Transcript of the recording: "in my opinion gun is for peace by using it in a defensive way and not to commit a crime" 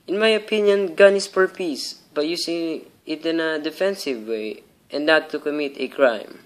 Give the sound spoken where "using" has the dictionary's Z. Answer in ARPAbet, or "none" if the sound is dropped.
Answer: S